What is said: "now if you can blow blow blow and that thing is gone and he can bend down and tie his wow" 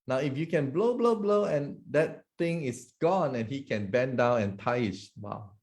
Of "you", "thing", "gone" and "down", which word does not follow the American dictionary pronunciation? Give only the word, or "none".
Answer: thing